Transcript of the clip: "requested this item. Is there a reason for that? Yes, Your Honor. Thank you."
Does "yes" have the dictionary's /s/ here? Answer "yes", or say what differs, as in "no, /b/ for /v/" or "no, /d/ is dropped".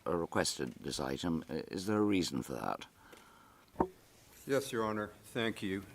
yes